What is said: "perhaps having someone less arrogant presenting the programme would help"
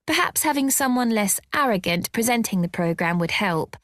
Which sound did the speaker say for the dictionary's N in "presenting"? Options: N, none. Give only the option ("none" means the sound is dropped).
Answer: N